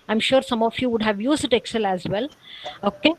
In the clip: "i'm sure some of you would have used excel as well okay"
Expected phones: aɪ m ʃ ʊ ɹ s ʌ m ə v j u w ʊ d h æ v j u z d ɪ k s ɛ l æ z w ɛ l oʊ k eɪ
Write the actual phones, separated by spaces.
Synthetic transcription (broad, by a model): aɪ m ʃ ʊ ɹ s ʌ m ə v j u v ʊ d h æ v j u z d ɪ k s ɛ l æ z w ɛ l oʊ k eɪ